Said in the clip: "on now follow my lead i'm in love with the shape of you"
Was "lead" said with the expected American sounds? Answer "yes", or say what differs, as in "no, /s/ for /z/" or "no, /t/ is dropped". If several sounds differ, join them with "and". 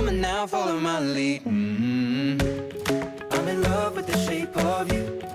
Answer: no, /d/ is dropped